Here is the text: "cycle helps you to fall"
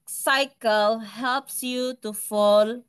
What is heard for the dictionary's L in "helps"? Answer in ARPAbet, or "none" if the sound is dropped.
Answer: L